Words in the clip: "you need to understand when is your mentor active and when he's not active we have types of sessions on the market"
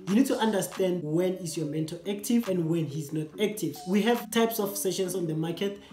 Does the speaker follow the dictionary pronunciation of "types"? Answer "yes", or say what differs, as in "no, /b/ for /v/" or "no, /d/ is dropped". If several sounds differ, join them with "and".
yes